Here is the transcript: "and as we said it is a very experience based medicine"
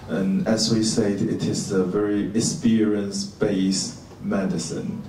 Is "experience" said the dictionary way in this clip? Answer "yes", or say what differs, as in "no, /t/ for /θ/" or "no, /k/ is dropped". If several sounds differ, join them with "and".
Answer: no, /k/ is dropped